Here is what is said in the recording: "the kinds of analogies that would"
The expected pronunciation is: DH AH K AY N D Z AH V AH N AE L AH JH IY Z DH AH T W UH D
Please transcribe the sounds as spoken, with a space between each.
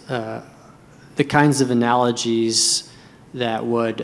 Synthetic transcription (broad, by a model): DH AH K AY N D Z AH V AH N AE L AH JH IY Z DH AH T W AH D